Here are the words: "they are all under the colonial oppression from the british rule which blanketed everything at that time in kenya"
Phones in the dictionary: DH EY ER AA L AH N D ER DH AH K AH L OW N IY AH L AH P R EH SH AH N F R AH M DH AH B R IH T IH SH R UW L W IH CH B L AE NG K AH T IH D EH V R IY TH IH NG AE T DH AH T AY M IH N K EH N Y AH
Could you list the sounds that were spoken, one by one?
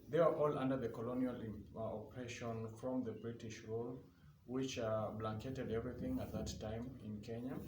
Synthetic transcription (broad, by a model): DH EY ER AA L AH N D ER DH AH K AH L OW N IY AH L AH P R EH SH AH N F R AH M DH AH B R IH T IH SH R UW L W IH CH B L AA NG K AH T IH D EH V R IY TH IH NG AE T DH AH T AY M IH N K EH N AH